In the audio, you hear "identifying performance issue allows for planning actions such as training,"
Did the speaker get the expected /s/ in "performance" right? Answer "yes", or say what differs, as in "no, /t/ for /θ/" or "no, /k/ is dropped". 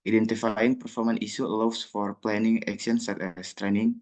no, /s/ is dropped